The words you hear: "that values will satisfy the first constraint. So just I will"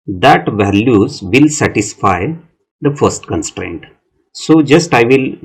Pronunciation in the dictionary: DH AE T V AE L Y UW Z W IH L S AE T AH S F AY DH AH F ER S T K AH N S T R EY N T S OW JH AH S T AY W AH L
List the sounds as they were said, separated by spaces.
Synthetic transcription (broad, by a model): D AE T V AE L Y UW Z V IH L S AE T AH S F AY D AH F ER S T K AH N S T R EY N T S OW JH AH S T AY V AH L